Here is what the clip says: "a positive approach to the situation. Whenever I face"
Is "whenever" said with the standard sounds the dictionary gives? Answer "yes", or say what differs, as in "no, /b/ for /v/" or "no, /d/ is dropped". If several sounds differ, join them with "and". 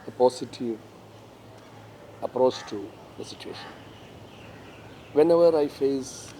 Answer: yes